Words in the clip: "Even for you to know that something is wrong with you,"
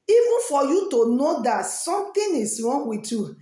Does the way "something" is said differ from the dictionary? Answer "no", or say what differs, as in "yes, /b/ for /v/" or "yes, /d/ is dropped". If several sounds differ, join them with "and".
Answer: yes, /t/ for /θ/